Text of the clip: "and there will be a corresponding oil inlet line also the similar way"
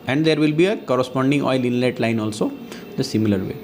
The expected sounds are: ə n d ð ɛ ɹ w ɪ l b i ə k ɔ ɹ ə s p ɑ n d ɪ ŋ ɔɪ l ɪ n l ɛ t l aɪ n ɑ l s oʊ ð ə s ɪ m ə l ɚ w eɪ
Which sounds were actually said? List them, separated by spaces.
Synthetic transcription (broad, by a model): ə n d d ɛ ɹ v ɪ l b i ə k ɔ ɹ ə s p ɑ n d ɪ ŋ ɔɪ l ɪ n l ɛ t l aɪ n ɑ l s oʊ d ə s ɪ m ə l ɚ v eɪ